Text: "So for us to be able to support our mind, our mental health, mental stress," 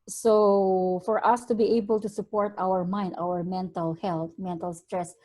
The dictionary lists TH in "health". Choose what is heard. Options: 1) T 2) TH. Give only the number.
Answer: 1